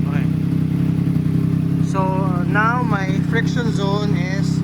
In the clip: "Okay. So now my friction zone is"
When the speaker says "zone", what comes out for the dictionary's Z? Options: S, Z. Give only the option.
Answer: Z